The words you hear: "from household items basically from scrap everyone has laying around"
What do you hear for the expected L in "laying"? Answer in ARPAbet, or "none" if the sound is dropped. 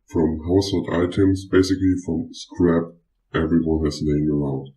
N